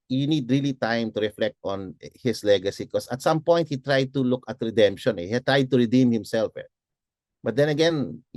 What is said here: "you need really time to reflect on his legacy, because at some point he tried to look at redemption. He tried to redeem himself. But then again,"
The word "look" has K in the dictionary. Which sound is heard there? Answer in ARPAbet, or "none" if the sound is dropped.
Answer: K